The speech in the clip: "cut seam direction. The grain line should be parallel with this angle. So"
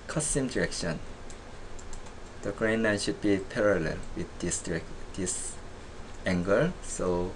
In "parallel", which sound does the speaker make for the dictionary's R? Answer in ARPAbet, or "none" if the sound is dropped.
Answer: R